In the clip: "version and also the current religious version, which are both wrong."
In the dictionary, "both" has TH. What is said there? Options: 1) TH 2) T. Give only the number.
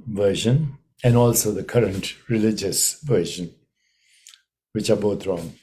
2